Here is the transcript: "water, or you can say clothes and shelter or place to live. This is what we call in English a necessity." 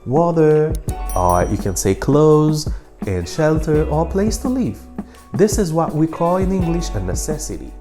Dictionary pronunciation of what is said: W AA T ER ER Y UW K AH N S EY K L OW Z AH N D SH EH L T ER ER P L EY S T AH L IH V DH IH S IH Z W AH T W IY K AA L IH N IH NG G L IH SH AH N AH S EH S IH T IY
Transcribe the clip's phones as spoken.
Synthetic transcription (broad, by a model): W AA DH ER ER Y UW K AH N S EY K L OW Z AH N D SH EH L T ER ER P L EY S T AH L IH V DH IH S IH Z W AH T W IY K AA L IH N IH NG G L IH SH AH N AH S EH S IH T IY